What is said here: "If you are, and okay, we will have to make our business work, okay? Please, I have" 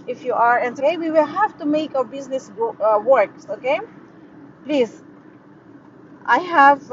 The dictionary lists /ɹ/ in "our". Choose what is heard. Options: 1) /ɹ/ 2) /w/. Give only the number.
2